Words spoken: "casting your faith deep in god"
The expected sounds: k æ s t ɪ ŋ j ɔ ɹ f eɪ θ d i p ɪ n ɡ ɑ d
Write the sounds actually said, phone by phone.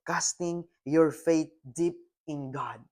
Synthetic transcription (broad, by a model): k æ s t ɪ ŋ j ɔ ɹ f eɪ t d i p ɪ n ɡ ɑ d